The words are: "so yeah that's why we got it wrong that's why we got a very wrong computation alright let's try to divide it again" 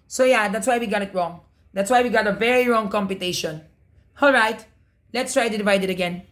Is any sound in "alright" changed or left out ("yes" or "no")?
no